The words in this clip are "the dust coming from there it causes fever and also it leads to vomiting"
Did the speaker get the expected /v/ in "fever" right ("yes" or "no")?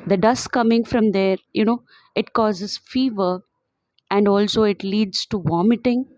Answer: yes